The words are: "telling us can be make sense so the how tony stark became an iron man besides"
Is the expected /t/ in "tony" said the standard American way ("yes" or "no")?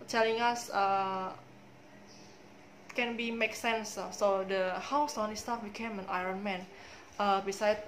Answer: no